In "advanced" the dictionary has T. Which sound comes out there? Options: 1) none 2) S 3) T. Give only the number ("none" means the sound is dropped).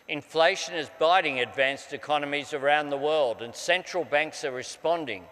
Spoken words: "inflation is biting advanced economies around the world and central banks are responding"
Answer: 3